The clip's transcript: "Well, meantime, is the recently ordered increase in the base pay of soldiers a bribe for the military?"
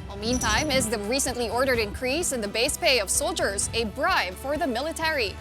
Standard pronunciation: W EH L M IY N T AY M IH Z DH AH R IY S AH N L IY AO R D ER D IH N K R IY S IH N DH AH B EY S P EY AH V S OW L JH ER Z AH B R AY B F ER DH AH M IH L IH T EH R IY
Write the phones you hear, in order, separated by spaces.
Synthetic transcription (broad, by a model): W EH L M IY N T AY M IH Z DH AH R IY S AH N L IY AO R D ER D IH N K R IY S IH N DH AH B EY S P EY AH V S OW L JH ER Z AH B R AY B F ER DH AH M IH L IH T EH R IY